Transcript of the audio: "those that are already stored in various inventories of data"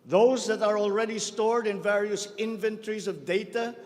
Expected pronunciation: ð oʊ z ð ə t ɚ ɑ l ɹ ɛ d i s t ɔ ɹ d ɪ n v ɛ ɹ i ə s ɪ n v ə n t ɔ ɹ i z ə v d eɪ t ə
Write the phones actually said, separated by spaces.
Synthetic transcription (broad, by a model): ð oʊ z ð ə t ɚ ɑ l ɹ ɛ d i s t ɔ ɹ d ɪ n v ɛ ɹ i ə s ɪ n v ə n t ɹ i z ə v d eɪ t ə